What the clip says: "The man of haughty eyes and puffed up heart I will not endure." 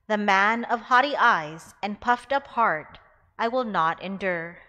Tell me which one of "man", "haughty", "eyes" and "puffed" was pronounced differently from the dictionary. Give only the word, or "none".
none